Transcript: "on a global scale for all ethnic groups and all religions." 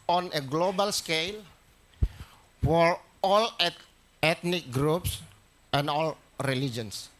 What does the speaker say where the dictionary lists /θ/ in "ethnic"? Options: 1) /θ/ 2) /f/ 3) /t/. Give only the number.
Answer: 3